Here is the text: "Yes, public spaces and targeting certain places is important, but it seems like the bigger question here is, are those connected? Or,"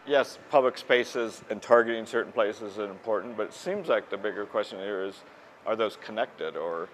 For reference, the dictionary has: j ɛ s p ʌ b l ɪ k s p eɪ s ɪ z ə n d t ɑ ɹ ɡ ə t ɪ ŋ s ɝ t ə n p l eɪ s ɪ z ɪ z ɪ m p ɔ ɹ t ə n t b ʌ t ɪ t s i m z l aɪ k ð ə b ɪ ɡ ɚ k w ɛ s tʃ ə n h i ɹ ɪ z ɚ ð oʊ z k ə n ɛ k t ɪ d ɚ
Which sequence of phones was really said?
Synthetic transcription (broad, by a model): j ɛ s p ʌ b l ɪ k s p eɪ s ɪ z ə n t ɑ ɹ ɡ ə t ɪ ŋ s ɝ t n p l eɪ s ɪ z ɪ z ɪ m p ɔ ɹ t n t b ʌ t ɪ t s i m z l aɪ k ð ə b ɪ ɡ ɚ k w ɛ s tʃ ə n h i ɹ ɪ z ɚ ð oʊ z k ə n ɛ k t ɪ d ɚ